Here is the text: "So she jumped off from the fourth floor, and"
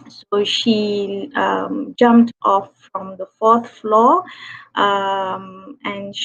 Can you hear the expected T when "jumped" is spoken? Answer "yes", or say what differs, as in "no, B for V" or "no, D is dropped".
yes